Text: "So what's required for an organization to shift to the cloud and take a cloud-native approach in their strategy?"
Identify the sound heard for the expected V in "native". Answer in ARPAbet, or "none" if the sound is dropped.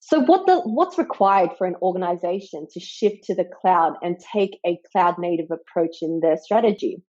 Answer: V